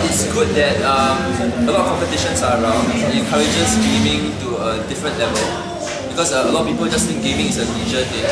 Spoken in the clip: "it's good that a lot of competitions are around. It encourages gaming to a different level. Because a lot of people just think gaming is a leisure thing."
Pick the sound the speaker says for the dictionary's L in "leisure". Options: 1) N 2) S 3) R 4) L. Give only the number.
1